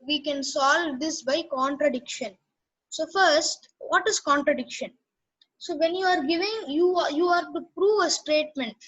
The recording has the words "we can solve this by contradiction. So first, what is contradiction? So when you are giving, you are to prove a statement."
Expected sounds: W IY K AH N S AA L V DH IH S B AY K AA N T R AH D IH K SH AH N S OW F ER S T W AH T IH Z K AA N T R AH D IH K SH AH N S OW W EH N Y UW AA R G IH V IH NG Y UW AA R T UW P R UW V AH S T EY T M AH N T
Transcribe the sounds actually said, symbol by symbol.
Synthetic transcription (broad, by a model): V IY K AH N S AA L V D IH S B AY K AA N T R AH D IH K SH AH N S OW F ER S T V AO T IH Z K AA N T R AH D IH K SH AH N S OW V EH N Y UW AA R G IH V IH NG Y UW AA R T UW P R UW V AH S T EY T M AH N T